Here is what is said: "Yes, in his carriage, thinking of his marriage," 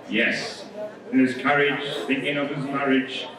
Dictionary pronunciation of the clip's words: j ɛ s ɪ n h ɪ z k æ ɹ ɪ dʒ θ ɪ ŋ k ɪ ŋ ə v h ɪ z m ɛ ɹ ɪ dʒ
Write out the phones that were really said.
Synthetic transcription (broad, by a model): j ɛ s ɪ n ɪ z k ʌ ɹ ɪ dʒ θ ɪ ŋ k ɪ ŋ ə v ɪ z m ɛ ɹ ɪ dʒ